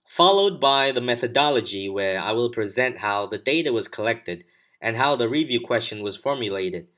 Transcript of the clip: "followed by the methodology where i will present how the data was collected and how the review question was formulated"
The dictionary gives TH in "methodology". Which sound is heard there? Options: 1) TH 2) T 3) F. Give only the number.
1